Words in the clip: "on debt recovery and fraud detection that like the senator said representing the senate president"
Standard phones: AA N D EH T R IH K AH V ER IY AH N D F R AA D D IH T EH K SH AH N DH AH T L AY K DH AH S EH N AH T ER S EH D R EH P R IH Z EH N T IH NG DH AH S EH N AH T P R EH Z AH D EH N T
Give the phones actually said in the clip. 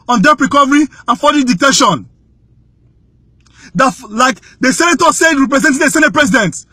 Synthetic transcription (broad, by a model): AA N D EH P R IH K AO V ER IY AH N F AA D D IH T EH SH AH N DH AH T L AY K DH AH S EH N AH T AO S EH D R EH P R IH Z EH N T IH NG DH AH S EH N AH T P R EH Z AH D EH N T